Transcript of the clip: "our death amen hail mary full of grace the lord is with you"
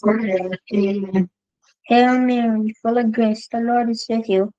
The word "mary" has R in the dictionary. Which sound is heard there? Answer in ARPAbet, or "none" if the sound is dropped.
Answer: W